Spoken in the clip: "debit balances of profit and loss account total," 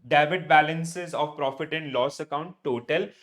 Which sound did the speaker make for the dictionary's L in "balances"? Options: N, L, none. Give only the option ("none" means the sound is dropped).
L